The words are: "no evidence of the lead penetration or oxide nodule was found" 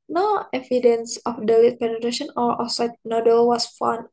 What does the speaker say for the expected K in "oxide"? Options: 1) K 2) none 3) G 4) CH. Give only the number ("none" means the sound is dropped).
2